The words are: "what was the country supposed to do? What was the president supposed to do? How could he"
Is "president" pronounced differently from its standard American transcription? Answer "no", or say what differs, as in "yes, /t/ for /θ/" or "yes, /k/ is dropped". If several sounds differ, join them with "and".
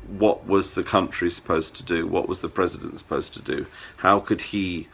no